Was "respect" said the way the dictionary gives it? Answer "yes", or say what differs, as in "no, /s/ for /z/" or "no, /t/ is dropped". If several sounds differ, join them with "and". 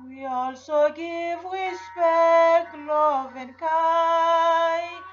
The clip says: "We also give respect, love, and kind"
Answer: no, /w/ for /ɹ/